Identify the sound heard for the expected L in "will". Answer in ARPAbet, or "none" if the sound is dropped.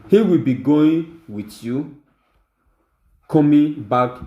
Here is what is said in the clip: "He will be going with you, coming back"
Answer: L